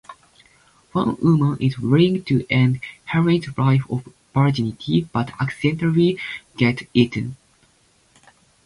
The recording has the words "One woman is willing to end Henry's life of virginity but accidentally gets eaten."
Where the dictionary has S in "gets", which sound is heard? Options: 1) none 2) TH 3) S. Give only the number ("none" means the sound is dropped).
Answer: 1